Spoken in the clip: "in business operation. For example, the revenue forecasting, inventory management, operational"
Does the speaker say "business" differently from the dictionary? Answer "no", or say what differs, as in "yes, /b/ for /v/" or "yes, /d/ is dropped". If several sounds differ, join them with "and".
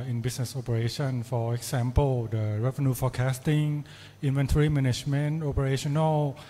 yes, /s/ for /z/